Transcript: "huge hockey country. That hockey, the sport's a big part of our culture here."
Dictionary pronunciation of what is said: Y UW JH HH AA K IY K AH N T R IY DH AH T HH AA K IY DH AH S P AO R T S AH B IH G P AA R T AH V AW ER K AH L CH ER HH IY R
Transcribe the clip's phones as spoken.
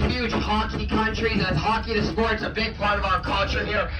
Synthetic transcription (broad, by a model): Y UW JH HH AA K IY K AH N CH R IY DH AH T HH AA K IY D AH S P AO R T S AH B IH G P AA R T AH V AW ER K AH L CH ER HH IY R